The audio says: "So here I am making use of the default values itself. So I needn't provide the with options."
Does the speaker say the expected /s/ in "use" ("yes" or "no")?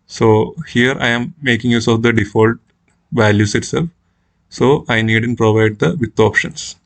yes